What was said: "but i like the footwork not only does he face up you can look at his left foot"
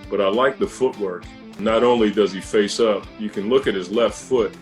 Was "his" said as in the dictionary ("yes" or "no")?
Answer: yes